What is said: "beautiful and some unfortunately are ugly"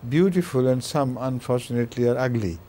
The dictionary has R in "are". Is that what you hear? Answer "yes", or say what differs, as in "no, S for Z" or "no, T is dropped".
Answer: yes